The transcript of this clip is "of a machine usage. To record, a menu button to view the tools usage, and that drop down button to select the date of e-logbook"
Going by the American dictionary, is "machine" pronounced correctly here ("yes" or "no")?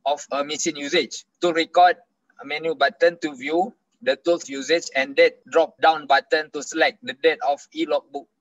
no